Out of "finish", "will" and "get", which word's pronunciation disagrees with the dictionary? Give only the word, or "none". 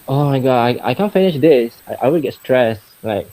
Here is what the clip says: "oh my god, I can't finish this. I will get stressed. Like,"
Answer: will